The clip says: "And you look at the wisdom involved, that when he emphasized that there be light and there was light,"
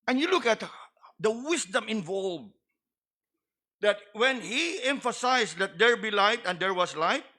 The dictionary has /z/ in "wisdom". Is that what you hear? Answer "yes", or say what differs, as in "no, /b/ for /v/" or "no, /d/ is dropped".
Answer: no, /s/ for /z/